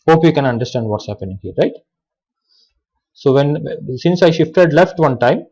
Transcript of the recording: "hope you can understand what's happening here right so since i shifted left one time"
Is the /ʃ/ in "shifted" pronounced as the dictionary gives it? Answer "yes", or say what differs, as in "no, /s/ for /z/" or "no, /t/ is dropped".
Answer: yes